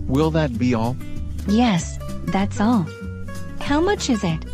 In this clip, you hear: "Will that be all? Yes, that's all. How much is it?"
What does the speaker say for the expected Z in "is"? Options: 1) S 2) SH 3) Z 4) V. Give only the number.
3